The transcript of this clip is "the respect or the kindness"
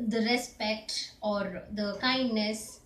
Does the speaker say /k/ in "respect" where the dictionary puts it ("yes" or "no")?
yes